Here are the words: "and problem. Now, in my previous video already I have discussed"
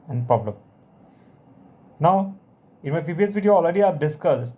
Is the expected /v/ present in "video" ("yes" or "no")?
no